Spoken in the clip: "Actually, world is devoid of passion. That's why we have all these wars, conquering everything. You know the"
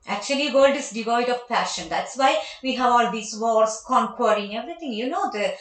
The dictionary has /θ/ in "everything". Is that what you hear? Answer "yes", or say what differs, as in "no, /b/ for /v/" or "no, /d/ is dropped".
no, /t/ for /θ/